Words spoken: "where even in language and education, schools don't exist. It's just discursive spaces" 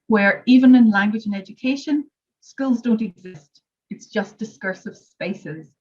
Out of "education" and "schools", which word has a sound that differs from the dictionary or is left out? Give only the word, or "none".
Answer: none